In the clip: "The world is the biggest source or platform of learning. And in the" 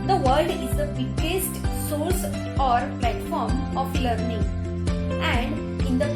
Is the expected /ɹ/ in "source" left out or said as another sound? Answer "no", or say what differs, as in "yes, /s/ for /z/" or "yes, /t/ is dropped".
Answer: yes, /l/ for /ɹ/